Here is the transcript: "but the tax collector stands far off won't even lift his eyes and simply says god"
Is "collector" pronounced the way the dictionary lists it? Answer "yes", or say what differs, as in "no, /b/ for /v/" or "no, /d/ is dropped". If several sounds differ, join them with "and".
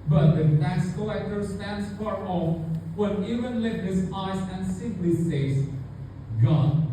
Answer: no, /l/ is dropped